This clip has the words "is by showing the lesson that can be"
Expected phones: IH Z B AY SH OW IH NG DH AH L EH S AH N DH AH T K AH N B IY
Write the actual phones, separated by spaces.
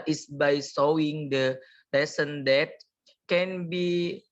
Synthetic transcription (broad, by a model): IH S B AY S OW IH NG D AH L EH S AH N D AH T K AH N B IY